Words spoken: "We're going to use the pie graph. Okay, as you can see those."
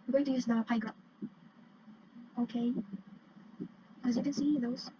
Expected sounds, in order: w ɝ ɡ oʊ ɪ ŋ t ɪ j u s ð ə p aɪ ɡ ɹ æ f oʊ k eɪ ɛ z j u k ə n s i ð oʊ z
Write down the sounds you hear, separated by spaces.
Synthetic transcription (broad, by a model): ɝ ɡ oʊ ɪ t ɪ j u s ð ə p aɪ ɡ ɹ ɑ oʊ k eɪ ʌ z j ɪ k ə n s i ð oʊ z